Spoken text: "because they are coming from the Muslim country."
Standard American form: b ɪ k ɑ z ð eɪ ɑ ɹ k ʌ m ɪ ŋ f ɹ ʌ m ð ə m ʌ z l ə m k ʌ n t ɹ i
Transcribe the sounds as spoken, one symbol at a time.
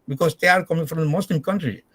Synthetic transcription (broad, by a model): b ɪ k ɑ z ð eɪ ɑ ɹ k ʌ m ɪ ŋ f ɹ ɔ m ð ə m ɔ s l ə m k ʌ n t ɹ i